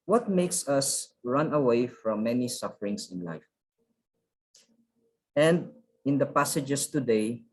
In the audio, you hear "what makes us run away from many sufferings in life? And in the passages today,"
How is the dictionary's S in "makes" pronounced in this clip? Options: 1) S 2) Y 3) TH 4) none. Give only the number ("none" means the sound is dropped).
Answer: 1